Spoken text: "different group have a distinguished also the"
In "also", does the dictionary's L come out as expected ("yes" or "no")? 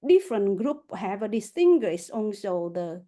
no